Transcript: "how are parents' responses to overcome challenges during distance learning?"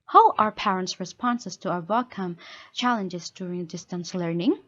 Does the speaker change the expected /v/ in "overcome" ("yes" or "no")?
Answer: yes